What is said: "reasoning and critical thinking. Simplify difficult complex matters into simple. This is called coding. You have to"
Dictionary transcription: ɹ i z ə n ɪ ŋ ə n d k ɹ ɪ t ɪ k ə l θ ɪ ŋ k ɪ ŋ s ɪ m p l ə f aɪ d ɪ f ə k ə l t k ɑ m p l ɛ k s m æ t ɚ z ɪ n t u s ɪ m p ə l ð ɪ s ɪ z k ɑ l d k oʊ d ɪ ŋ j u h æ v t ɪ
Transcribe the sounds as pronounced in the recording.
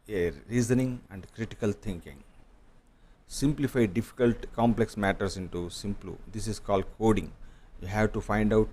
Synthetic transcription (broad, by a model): ɹ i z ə n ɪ ŋ ə n d k ɹ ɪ t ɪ k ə l t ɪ ŋ k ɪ ŋ s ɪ m p l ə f aɪ d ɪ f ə k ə l t k ɑ m p l ɛ k s m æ t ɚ s ɪ n t u s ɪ m p l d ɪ s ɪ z k ɑ l d k oʊ d ɪ ŋ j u h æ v t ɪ